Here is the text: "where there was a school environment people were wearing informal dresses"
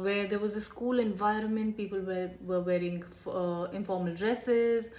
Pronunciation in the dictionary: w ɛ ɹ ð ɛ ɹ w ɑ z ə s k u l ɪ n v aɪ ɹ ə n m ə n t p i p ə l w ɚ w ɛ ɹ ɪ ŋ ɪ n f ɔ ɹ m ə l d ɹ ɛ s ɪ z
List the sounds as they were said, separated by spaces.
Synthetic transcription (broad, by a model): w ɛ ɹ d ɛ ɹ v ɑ z ə s k u l ɪ n v aɪ ɹ ə n m ə n t p i p ə l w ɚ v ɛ ɹ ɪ ŋ ɪ n f ɔ ɹ m ə l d ɹ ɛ s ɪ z